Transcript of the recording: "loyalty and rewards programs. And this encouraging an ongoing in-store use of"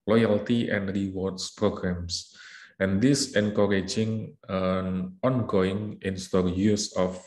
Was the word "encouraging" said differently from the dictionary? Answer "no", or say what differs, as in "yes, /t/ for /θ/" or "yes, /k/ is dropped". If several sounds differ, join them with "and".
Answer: no